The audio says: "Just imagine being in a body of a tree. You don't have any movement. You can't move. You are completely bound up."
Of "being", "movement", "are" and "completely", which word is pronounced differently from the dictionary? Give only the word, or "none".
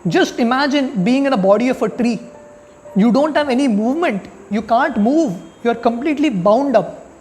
none